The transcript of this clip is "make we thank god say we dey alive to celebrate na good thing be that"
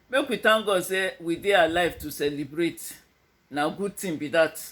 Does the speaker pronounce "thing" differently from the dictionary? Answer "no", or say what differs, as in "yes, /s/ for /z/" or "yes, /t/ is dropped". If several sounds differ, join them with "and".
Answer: yes, /t/ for /θ/